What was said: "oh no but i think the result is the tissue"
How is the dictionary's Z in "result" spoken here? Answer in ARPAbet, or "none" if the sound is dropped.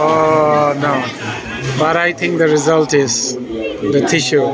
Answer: Z